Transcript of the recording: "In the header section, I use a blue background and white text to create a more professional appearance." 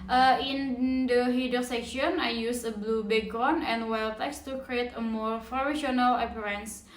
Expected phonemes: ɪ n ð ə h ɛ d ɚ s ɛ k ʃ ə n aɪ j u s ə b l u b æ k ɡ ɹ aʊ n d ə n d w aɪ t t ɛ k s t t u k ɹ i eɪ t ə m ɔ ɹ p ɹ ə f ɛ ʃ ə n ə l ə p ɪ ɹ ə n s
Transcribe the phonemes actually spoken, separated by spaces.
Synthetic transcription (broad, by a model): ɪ n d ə h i d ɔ s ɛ k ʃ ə n aɪ j u s ə b l u b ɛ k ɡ ɔ n ə n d w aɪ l t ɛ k s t t u k ɹ i eɪ t ə m ɔ ɹ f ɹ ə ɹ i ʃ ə n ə l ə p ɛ ɹ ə n s